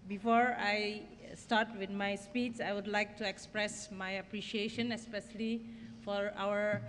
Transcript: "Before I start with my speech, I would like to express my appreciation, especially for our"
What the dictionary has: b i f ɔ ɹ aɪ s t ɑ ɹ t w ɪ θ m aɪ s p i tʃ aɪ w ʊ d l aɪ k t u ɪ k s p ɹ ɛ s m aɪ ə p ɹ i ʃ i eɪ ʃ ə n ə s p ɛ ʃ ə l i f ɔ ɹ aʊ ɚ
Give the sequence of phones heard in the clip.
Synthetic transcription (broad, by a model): b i f ɔ ɹ aɪ s t ɑ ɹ t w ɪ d m aɪ s p i s aɪ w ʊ d l aɪ k t u ɪ k s p ɹ ɛ s m aɪ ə p ɹ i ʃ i eɪ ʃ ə n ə s p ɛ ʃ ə l i f ɔ ɹ aʊ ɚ